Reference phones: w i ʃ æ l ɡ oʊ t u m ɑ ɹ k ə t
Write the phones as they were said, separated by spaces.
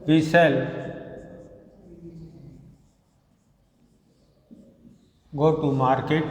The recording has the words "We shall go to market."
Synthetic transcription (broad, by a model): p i s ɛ l ɡ oʊ t u m ɑ ɹ k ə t